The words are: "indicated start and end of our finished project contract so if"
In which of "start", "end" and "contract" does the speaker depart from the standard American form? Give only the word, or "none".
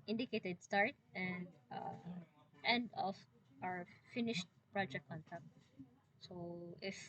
contract